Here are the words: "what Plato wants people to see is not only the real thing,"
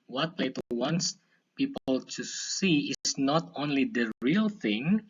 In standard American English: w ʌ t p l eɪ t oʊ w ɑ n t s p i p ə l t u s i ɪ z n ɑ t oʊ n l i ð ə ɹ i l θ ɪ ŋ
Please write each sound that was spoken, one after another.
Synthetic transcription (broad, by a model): w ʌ t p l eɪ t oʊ w ɑ n t s p i p ə l t u s i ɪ s n ɑ t oʊ n l i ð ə ɹ i l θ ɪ ŋ